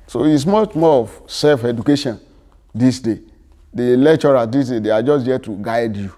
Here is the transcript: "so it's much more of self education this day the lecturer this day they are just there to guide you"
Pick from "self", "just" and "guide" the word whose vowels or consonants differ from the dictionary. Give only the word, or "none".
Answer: none